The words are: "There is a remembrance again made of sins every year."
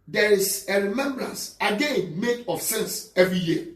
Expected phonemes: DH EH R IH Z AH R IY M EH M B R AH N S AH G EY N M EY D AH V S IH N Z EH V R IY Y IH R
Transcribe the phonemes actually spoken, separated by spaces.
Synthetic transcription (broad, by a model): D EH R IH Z AH R IY M EH M B R AH N S AH G EY N M EY D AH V S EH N S EH V R IY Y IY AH